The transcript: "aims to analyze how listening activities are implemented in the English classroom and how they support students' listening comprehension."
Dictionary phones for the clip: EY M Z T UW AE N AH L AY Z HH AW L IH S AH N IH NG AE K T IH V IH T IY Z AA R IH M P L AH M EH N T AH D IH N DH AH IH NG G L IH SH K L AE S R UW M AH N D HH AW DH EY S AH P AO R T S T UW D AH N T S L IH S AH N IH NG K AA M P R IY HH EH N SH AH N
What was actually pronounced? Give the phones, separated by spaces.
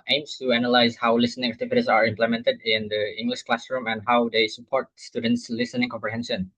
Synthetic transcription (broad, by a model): EY M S T UW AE N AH L AY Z HH AW L IH S AH N IH NG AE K T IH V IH T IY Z AA R IH M P L AH M EH N T AH D IH N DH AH IH NG G L IH SH K L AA S R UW M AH N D HH AW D EY S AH P AO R T S T UW D AH N T S L IH S AH N IH NG K AA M P R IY HH EH N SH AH N